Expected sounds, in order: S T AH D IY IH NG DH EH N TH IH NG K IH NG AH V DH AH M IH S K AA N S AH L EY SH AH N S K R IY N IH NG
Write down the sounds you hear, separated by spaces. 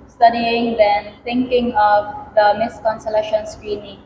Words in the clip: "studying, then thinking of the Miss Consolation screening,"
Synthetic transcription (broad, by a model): S T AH D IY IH NG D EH N T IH NG K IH NG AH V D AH M IH S K AA N S AH L EY SH AH N S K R IY N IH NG